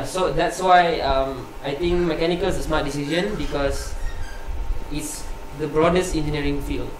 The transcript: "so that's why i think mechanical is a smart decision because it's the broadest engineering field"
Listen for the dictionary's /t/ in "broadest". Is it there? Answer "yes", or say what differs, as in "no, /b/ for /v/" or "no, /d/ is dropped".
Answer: yes